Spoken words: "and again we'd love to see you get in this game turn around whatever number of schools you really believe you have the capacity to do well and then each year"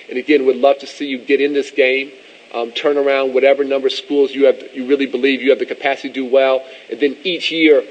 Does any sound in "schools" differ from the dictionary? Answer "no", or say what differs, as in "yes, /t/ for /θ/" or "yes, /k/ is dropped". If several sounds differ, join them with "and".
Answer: no